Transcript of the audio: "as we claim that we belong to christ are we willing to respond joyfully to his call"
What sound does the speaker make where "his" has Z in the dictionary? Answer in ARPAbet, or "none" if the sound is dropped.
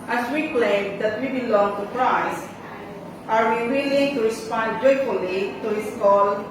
S